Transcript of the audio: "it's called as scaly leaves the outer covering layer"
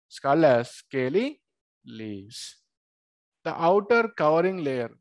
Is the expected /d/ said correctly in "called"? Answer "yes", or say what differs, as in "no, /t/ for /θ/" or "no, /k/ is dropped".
no, /d/ is dropped